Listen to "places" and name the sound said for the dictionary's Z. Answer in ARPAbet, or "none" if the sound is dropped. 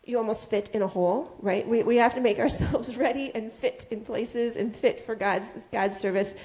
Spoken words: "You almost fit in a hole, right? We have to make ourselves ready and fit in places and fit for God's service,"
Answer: Z